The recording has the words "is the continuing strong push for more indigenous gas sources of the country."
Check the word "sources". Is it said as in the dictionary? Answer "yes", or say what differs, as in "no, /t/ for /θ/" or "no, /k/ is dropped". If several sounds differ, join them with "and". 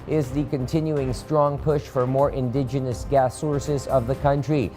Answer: yes